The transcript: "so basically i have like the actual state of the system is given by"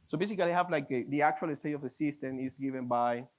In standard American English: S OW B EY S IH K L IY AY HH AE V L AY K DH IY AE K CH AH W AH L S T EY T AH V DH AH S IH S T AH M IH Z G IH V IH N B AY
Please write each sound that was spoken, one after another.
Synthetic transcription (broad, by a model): S OW B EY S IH K L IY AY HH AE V L AY K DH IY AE K CH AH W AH L S T EY T AH V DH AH S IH S T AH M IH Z G IH V IH N B AY